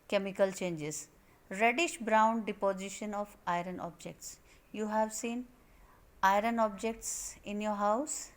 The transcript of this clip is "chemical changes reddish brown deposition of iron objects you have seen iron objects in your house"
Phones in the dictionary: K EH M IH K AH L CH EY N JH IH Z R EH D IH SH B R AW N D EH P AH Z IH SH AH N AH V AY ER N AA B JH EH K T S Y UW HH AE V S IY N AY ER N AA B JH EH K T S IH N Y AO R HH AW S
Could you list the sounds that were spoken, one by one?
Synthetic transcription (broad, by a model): K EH M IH K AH L CH EY N JH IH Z R EH D IH SH B R AW N D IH P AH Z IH SH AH N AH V AY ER N AA B JH EH K T S Y UW HH AE V S IY N AY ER N AA B JH EH K T S IH N Y AO R HH AW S